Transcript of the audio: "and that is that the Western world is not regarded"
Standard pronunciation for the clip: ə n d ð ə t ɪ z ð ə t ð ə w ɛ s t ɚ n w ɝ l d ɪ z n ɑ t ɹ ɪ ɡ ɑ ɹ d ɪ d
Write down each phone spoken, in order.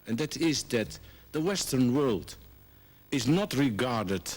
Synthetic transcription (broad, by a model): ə n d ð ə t ɪ z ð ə t ð ə w ɛ s t ɚ n w ɝ l d ɪ z n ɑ t ɹ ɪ ɡ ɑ ɹ d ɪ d